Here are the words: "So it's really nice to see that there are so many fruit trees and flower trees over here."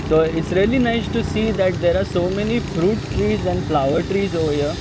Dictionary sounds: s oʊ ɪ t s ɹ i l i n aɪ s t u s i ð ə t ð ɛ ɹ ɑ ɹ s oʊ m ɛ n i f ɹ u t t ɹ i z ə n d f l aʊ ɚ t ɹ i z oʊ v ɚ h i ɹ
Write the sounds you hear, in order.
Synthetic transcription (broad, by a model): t oʊ ɪ t s ɹ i l i n aɪ s t u s i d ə t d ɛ ɹ ɑ ɹ s oʊ m ɛ n i f ɹ u t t ɹ i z ə n d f l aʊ ɚ t ɹ i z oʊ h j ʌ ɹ